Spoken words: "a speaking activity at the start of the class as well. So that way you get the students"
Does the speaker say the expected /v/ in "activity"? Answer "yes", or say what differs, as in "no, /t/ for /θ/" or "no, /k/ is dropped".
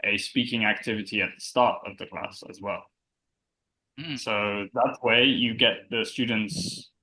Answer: yes